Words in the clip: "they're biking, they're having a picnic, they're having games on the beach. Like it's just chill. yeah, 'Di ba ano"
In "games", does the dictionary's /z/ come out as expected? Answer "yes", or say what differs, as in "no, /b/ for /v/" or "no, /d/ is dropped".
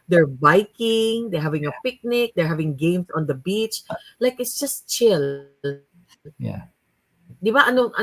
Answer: no, /s/ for /z/